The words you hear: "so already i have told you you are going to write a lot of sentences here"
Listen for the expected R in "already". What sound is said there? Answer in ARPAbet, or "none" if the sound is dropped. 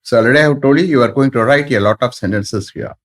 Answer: none